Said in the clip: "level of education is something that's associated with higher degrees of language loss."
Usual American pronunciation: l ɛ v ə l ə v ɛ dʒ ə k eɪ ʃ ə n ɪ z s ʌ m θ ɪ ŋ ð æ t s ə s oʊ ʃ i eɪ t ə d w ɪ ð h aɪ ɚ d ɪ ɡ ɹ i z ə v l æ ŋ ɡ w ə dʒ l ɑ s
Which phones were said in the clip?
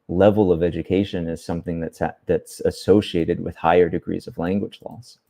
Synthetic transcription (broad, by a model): l ɛ v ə l ə v ɛ dʒ ə k eɪ ʃ ə n ɪ z s ʌ m θ ɪ ŋ ð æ t s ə s oʊ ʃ i eɪ t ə d w ɪ ð h aɪ ɚ d ɪ ɡ ɹ i z ə v l æ ŋ ɡ w ə dʒ l ɑ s